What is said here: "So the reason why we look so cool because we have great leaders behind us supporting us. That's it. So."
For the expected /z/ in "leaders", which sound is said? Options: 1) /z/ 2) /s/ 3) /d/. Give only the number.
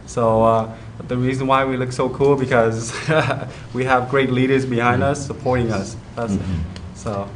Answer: 1